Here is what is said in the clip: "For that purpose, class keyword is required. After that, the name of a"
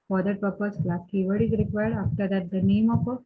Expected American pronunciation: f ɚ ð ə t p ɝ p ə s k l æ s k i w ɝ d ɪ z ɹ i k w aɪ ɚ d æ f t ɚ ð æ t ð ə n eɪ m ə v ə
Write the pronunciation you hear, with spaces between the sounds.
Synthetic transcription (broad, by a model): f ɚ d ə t p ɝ p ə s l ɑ k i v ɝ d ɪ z ɹ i k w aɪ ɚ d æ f t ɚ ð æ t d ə n eɪ m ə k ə